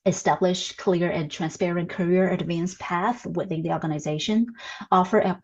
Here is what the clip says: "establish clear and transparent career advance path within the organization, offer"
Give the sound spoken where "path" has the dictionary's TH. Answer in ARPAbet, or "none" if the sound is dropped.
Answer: TH